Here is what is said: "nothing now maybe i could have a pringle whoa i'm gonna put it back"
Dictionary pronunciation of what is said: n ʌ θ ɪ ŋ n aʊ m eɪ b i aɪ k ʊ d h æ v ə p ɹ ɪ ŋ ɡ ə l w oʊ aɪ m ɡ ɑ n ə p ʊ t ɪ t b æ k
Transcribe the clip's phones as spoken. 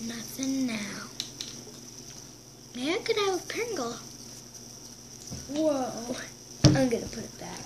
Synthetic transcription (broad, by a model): n ʌ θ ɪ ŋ n aʊ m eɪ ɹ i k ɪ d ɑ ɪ w ə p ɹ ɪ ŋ ɡ l w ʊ aɪ m ɡ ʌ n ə p ʊ t ɪ t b æ k